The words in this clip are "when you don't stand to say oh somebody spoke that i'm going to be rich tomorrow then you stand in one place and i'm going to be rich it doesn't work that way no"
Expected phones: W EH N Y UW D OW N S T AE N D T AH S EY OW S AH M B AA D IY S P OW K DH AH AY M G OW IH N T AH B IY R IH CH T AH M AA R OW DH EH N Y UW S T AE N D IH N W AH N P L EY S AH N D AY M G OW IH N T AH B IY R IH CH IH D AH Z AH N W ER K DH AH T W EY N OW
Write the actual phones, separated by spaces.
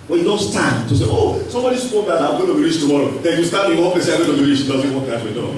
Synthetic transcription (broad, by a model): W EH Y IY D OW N S T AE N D T AH S EY OW S AH M B AA D IY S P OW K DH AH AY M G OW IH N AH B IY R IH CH T AH M AA R OW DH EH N Y UW S T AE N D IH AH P EY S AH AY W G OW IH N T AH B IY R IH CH IH D AH Z AH N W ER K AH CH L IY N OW